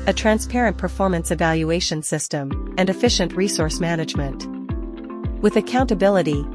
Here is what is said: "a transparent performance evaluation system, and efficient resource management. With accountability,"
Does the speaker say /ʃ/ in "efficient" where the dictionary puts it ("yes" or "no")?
yes